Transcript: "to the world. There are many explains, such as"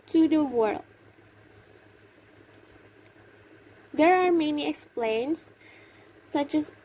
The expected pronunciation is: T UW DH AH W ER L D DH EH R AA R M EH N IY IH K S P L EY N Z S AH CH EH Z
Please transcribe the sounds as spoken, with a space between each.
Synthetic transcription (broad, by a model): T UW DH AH W ER L D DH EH R AA R M EH N IY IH K S P L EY N S AH CH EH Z